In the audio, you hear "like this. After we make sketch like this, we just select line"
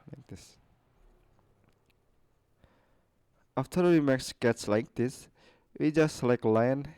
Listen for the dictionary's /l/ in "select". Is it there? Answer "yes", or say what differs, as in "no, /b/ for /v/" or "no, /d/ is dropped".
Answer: no, /l/ is dropped